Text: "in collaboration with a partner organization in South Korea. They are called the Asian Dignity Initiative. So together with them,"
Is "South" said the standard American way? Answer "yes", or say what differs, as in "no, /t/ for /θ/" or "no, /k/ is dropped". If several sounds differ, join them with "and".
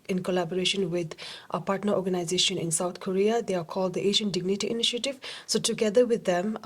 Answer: no, /t/ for /θ/